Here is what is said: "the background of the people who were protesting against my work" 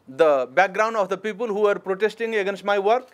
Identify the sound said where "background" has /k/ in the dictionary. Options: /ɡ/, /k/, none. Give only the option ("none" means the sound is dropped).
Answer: /k/